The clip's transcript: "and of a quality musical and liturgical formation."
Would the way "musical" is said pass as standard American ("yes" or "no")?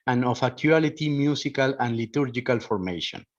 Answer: no